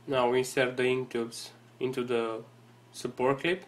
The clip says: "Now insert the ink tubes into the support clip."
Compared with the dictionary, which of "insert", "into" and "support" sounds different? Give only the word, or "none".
insert